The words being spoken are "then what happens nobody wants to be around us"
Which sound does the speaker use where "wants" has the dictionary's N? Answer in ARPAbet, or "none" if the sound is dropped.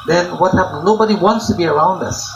N